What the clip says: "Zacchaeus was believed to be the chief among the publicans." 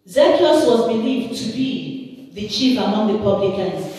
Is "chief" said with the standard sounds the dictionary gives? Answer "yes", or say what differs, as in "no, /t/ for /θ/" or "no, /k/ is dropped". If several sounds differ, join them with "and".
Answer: yes